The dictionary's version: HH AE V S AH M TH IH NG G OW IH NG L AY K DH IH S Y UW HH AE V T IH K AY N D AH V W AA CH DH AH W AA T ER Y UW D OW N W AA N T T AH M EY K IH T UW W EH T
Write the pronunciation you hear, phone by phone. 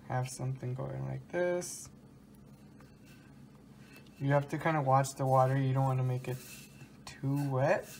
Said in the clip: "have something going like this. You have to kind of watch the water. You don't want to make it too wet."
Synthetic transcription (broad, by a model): HH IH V S AH M TH IH NG G OW IH NG L AY K DH IH S Y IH HH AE F T IH K AY N D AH W AA CH DH AH W AA T ER Y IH D OW N W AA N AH M EY K IH T UW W EH T